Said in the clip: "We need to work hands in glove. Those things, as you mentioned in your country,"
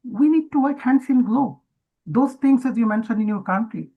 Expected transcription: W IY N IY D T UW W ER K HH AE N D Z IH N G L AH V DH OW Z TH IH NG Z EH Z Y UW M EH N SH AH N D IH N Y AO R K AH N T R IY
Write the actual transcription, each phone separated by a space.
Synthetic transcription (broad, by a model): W IY N IY D T UW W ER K HH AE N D S IH N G L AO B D OW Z T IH NG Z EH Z Y UW M EH N SH AH N D IH N Y AO R K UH N T R IY